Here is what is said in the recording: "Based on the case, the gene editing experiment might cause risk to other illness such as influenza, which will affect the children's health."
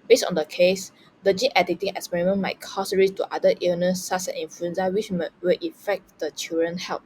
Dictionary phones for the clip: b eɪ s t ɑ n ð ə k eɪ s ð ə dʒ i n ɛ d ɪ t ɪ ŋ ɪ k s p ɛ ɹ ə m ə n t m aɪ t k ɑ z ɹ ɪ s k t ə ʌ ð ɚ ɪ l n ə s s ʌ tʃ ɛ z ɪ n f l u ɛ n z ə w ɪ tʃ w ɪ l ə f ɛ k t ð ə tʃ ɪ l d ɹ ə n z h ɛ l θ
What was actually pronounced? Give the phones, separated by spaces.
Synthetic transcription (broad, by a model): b eɪ s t ɑ n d ə k eɪ s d ə dʒ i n ɛ d ɪ t ɪ ŋ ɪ k s p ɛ ɹ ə m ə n m aɪ t k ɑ s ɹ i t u t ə ʌ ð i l n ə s s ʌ s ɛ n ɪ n f l u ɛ n s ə w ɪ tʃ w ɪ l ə f ɛ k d ə tʃ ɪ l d ɹ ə n h ɛ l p